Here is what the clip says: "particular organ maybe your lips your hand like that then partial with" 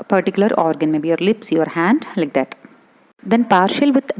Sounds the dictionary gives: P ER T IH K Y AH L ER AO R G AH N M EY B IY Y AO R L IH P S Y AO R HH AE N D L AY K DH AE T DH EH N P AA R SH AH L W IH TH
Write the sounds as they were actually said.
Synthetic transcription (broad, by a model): P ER T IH K Y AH L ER AO R G AH N M EY B IY Y AO R L IH P S Y AO R HH AE N D L AY K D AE T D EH N P AA R SH AH L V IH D